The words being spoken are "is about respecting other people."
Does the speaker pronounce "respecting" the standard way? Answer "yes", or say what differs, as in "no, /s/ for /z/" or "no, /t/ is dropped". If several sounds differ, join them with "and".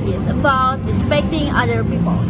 yes